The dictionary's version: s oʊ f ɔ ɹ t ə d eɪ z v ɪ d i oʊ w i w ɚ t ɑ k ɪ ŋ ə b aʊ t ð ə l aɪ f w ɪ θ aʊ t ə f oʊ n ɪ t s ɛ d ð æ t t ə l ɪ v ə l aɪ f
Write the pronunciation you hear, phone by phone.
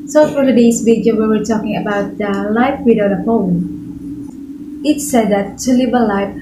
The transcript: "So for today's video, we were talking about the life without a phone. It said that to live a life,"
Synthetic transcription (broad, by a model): s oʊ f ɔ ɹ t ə d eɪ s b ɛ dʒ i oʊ w i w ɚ t ɑ k ɪ ŋ ə b aʊ t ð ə l aɪ f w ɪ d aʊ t ə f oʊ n ɪ t s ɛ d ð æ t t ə l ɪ b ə l aɪ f